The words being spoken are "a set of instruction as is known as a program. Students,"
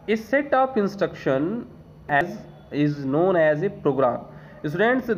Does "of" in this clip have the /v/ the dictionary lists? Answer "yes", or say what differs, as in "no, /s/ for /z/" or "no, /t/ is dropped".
no, /p/ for /v/